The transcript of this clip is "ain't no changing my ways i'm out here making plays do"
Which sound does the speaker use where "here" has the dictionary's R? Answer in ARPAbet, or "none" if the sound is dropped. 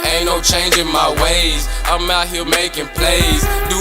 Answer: L